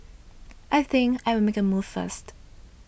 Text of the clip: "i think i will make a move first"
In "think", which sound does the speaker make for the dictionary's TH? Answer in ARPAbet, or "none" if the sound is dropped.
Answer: TH